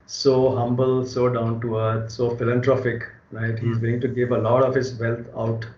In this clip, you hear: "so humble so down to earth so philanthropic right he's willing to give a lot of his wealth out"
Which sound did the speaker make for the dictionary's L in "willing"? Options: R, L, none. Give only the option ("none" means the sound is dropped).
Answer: none